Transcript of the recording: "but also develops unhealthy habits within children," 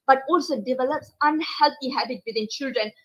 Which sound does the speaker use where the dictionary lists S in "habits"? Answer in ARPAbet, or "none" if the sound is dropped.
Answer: none